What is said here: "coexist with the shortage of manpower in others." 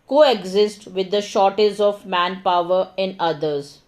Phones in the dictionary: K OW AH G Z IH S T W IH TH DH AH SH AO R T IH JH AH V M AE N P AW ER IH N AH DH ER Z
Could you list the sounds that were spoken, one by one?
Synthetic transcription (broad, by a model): K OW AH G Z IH S T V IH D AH SH AO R T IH Z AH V M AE N P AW ER IH N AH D ER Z